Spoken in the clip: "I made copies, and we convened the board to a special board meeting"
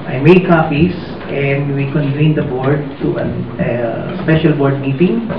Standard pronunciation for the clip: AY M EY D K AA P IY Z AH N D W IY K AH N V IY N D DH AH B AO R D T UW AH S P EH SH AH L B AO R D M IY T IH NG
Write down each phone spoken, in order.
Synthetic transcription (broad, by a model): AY M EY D K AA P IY S AH N D W IY K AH N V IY N D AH B AO R D T UW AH S P EH SH AH L B AO R D M IY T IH NG